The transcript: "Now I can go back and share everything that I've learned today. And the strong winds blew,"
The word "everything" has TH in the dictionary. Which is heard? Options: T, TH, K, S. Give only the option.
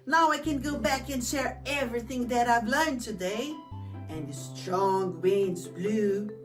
TH